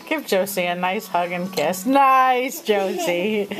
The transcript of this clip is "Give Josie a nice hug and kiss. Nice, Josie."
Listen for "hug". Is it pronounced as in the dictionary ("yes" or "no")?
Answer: yes